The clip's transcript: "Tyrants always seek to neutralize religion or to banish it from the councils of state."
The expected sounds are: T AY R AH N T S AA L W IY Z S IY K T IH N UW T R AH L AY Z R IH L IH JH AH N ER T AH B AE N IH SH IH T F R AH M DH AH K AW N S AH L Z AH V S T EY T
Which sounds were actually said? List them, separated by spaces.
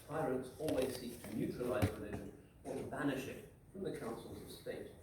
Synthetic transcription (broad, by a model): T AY R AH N T S AA L W IY Z S IY K T IH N UW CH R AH L AY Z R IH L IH ZH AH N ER T AH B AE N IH SH IH T F R AH M DH AH K AW N S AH L Z AH V S T EY T